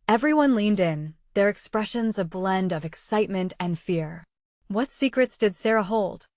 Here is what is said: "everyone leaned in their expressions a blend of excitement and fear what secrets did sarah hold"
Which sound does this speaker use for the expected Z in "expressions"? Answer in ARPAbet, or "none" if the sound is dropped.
Z